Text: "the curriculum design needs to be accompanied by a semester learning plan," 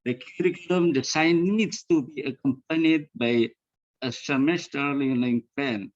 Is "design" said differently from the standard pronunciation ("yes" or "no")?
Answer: yes